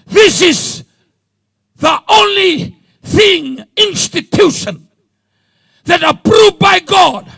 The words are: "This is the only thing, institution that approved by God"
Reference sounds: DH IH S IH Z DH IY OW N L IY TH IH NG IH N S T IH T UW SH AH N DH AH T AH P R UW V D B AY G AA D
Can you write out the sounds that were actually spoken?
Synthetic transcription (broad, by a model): DH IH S IH Z DH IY OW N L IY TH IH NG IH N S T IH T UW SH AH N DH AH T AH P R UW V B AY G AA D